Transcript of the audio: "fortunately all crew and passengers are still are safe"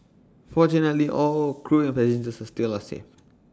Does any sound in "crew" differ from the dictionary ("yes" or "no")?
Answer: no